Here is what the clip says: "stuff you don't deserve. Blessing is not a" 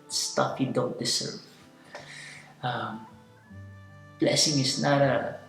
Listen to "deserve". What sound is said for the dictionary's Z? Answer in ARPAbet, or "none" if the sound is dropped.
S